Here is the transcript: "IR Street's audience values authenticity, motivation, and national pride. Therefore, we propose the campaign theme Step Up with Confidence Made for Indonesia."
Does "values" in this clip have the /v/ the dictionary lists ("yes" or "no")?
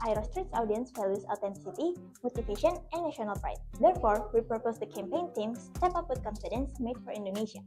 no